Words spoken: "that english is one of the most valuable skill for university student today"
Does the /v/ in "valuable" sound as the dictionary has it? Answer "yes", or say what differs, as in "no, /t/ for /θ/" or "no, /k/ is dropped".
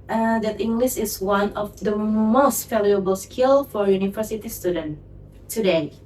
no, /f/ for /v/